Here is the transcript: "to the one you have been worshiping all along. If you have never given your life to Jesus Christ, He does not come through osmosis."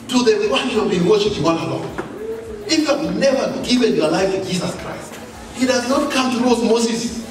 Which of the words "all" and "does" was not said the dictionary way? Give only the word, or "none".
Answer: all